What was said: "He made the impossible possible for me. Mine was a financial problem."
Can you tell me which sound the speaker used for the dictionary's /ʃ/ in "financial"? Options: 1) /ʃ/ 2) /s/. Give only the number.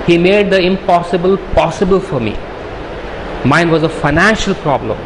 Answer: 1